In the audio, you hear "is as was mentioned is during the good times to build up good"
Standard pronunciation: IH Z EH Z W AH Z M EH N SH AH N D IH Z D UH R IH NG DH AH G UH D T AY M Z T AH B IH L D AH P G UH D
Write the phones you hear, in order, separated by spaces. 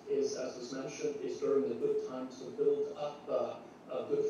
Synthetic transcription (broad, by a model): IH Z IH Z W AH Z M EH N SH AH N D IH Z D UH R IH NG DH AH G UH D T AY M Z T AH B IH L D AH P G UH